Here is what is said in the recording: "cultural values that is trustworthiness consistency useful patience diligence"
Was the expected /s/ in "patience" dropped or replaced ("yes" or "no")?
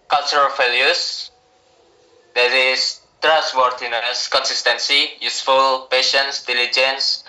no